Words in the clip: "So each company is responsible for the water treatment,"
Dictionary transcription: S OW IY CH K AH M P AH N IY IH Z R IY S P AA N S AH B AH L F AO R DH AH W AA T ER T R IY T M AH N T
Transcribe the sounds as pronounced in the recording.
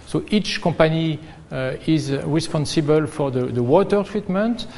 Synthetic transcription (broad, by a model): S OW IY CH K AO P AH N IY IH Z R IY S P AA N S AH B AH L F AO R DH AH W AA T ER T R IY T M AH N T